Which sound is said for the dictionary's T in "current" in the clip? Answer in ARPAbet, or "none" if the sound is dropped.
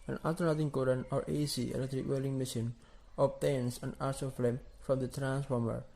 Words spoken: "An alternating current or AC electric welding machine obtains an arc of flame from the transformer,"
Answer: none